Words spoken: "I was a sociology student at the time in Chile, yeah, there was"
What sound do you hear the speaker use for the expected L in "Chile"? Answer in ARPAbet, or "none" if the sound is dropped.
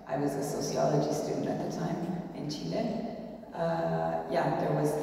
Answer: N